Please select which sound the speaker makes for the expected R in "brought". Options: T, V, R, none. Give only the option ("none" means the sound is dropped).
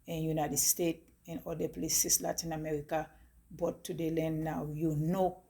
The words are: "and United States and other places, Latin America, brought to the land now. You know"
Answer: none